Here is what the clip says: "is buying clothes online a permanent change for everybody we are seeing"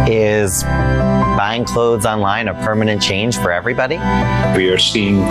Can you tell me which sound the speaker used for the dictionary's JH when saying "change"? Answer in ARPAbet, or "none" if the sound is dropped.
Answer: ZH